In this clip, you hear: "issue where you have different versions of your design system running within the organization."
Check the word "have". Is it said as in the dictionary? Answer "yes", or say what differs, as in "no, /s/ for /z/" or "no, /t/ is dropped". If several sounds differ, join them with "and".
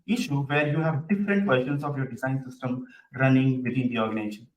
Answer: yes